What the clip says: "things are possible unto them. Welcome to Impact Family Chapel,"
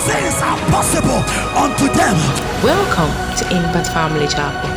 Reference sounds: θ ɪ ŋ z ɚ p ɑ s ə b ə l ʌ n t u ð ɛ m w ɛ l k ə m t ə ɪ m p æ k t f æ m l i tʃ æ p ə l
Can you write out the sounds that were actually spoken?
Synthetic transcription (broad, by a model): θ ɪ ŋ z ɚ p ɑ s ə b ə l ʌ n t u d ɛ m w ɛ l k ə m t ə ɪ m b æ t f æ m l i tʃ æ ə